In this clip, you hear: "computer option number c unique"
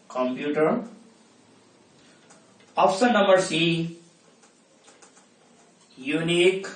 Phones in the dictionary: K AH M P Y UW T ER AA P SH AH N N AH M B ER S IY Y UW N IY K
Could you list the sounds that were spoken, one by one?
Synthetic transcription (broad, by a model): K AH M P Y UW T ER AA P S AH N N AH M B ER S IY Y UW N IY K